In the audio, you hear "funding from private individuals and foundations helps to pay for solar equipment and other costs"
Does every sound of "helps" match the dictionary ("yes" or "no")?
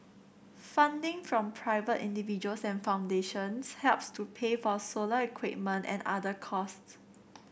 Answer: yes